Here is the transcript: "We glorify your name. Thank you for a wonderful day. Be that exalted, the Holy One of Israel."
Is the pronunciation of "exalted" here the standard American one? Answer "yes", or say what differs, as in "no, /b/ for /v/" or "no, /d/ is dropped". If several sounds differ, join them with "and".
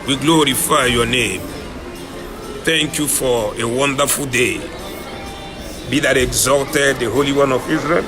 no, /l/ is dropped